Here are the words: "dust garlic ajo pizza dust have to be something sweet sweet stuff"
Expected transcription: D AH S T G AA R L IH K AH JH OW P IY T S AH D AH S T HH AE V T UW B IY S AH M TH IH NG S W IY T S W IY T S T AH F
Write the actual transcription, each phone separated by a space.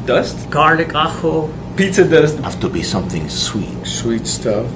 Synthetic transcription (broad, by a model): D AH S T G AA R L IH K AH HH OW P IY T AH D AH S T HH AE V T UW B IY S AH M TH IH NG S W IY T S W IY T S T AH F